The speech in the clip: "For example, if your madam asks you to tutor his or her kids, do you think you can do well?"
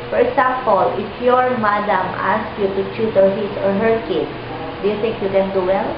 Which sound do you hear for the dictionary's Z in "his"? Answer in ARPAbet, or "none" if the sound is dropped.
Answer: S